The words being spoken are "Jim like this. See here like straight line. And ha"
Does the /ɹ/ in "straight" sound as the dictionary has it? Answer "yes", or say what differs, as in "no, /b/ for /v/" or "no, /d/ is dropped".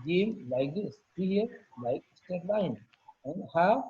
no, /ɹ/ is dropped